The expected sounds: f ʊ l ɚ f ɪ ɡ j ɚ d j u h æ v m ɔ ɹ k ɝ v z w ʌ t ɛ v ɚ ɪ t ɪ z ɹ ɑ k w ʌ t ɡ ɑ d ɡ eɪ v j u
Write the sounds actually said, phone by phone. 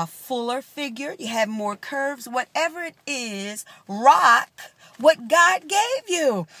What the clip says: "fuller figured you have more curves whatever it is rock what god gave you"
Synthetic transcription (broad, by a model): f ʊ l ɚ f ɪ ɡ j ɚ j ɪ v m ɔ ɹ k ɝ v z w ʌ t ɛ v ɚ ɪ t ɪ z ɹ ɑ k w ʌ t ɡ ɑ d ɡ eɪ v j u